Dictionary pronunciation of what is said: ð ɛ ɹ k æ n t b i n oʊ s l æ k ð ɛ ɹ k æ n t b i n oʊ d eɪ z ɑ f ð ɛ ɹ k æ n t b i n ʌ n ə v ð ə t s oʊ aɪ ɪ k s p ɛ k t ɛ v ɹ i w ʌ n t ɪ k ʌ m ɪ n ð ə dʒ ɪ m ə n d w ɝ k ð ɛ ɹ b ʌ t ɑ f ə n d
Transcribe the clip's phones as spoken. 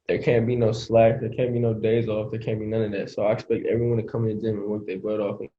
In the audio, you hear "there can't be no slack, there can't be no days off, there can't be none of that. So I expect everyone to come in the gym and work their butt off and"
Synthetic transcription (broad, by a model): ð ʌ ɹ k æ n b i n oʊ s l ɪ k ð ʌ ɹ k æ n b i n oʊ d eɪ z ɑ f ð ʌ ɹ k æ n b i n ʌ n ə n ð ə t s oʊ aɪ ɪ k s p ɛ k t ɛ v ɹ i w ʌ n t ɪ k ʌ m ɪ n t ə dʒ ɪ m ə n w ɝ k ð ɛ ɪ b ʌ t ɑ f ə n